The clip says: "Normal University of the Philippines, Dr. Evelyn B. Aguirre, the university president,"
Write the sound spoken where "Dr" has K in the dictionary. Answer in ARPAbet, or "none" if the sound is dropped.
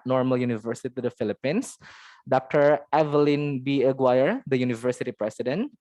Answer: K